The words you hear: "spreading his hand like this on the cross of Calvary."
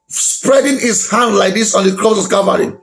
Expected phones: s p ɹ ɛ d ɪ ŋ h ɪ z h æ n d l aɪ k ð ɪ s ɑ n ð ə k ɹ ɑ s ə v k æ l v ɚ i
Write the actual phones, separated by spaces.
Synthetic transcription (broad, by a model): s p ɹ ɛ d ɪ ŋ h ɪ s h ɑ n d l aɪ k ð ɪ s ɑ n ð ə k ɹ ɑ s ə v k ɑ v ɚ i